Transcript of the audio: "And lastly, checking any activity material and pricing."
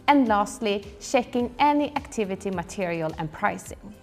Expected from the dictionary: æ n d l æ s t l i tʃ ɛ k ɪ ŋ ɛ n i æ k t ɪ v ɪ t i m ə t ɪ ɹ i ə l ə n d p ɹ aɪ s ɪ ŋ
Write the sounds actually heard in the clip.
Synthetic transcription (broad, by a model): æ n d l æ s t l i ʃ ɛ k ɪ ŋ ɛ n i æ k t ɪ v ɪ t i m ə t ɪ ɹ i ə l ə n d p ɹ aɪ s ɪ ŋ